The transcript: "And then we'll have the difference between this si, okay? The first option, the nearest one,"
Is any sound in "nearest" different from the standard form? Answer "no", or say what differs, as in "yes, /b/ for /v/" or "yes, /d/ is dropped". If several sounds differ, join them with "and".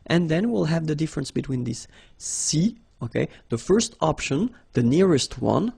no